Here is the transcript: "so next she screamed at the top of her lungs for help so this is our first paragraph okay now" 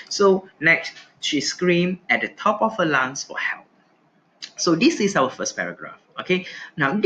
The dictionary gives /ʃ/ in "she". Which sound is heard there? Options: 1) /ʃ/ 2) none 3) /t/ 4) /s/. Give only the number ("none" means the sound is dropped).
1